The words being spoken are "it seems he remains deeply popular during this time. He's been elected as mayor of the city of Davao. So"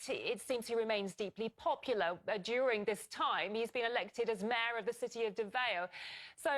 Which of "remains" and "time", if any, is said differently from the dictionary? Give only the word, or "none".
none